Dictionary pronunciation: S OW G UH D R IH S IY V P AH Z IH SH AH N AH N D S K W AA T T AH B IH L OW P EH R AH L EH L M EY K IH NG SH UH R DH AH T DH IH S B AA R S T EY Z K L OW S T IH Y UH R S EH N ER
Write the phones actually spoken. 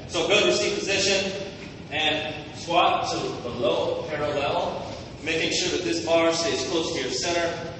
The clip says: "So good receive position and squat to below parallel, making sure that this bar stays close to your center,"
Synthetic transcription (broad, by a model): S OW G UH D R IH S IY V P AH Z IH SH AH N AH N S W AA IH T AH B IH L OW P EH R AH L EH L M EY K IH NG SH UH R DH AH T DH IH S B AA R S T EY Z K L OW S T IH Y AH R S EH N ER